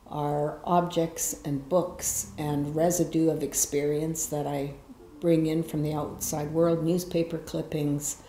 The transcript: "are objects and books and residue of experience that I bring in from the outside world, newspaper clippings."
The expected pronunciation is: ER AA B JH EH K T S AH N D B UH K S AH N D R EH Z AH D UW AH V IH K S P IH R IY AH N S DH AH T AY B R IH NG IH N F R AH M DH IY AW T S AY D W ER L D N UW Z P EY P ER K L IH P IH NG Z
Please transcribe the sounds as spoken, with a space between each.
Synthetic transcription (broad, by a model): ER AA B JH EH K T S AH N B UH K S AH N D R EH Z AH D UW AH V IH K S P IH R IY AH N S DH AH T AY B R IH NG IH N F R AH M DH IY AW T S AY D W ER L D N UW Z P EY P ER K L IH P IH NG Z